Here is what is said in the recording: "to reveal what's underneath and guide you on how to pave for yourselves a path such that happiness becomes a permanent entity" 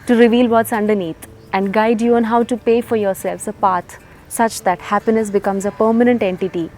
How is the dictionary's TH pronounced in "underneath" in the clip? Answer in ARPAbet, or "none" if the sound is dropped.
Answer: T